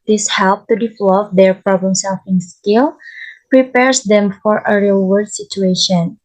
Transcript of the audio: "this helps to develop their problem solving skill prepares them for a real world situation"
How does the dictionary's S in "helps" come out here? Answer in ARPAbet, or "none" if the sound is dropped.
none